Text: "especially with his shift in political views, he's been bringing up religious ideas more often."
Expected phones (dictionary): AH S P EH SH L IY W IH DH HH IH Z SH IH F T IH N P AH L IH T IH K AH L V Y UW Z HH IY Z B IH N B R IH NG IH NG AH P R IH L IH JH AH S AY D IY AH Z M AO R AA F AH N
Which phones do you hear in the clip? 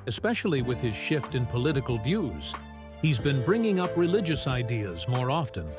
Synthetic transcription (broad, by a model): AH S P EH SH L IY W IH DH IH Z SH IH F T IH N P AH L IH T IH K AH L V Y UW Z HH IY Z B IH N B R IH NG IH NG AH P R IH L IH JH AH S AY D IY AH Z M AO R AA F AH N